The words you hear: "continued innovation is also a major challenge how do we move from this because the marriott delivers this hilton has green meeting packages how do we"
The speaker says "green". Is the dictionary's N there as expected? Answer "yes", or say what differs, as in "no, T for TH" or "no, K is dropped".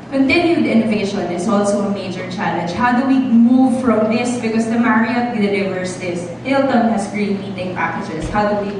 no, L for N